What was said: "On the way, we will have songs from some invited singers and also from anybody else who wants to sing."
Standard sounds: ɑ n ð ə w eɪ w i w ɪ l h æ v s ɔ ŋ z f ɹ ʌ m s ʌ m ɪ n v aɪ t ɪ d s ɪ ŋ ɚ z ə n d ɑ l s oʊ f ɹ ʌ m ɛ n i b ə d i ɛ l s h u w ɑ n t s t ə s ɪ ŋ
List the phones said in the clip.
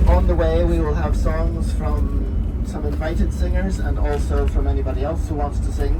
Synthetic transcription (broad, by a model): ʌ n ð ə w eɪ w i w ɪ l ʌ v s ɔ ŋ z f ɹ ʌ m s ʌ m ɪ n v aɪ t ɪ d s ɪ ŋ ɚ z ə n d ɑ l s oʊ f ɹ ʌ m ɛ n i b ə d i ɛ l s h u w ɑ n t s t ə s ɪ ŋ